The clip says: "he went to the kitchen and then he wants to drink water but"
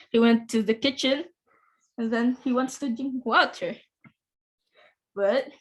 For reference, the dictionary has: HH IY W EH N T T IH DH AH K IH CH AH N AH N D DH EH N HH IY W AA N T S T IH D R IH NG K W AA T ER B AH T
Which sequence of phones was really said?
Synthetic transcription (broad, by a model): HH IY W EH N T T IH DH AH K IH CH AH N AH N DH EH N HH IY W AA N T S T IH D IH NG W AA T ER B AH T